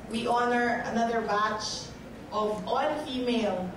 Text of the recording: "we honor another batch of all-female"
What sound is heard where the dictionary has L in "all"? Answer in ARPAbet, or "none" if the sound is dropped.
N